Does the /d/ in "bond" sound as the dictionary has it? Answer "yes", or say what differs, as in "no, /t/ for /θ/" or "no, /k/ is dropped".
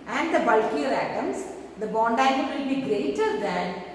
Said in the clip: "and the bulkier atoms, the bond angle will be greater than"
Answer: yes